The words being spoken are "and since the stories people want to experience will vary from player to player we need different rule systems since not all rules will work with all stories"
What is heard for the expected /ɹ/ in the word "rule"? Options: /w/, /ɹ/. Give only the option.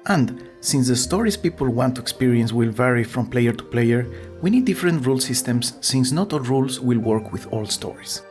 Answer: /ɹ/